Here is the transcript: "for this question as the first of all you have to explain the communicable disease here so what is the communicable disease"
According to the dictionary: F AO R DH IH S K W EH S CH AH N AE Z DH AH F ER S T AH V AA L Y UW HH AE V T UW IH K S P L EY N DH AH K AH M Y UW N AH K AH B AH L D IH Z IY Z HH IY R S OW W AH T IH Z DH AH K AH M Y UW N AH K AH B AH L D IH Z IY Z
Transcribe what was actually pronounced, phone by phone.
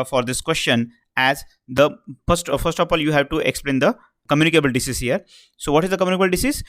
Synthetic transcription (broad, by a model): F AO R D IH S K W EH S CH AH N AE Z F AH F ER S T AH P AA L Y UW HH AE V T UW IH K S P L EY N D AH K AH M Y UW N AH K AH B AH L D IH S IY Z HH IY R S OW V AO T IH Z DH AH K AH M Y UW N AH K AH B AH L D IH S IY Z